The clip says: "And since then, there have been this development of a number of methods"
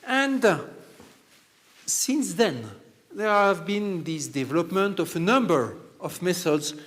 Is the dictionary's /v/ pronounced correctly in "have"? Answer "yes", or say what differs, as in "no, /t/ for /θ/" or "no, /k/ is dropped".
yes